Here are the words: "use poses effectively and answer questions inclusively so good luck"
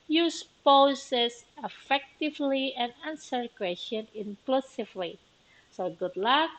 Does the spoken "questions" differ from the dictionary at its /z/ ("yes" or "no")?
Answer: yes